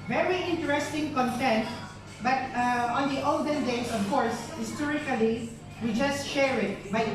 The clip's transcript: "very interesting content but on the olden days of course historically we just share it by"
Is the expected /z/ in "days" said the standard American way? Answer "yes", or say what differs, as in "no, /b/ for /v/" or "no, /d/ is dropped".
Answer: no, /s/ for /z/